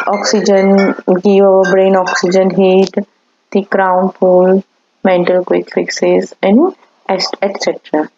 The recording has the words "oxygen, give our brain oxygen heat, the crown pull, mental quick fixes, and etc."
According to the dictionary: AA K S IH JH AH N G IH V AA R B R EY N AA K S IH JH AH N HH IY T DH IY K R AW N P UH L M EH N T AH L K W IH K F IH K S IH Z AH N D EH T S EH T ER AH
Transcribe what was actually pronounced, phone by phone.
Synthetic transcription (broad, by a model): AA K S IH JH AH N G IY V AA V B R EY N AA K S IH JH AH N HH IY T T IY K R AW N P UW L M EH N T AH L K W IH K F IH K S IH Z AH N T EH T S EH T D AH